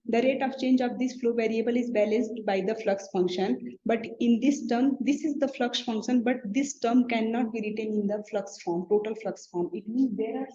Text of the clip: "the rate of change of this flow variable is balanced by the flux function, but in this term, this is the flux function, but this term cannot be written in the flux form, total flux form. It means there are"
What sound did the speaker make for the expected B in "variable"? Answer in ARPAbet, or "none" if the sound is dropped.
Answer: B